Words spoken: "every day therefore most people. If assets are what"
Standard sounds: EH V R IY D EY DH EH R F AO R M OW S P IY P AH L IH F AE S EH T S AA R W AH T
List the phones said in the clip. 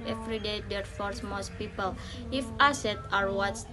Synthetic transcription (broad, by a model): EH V R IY D EY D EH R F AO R M OW S P IY P AH L IH F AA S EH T AA R W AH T